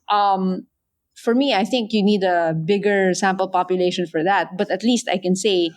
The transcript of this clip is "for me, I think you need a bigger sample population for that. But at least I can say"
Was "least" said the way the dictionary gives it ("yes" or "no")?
yes